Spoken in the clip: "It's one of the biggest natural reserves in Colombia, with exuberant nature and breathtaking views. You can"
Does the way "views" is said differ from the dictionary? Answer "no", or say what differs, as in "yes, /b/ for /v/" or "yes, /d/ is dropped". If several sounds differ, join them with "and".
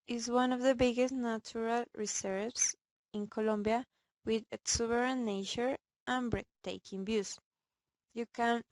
yes, /b/ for /v/